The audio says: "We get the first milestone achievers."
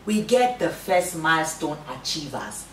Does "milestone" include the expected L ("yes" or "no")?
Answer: yes